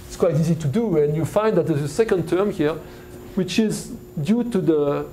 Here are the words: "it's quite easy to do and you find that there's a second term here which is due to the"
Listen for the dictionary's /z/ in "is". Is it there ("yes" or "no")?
yes